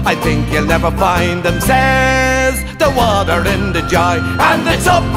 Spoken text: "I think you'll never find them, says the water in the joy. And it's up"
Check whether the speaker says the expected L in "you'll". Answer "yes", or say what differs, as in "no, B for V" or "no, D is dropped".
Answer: yes